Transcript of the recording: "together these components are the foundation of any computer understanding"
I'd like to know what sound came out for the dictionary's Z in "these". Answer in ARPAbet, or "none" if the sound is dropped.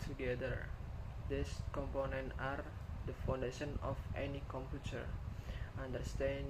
S